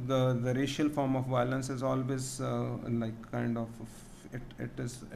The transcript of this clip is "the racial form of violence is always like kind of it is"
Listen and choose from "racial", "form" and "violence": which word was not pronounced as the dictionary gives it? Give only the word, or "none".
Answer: none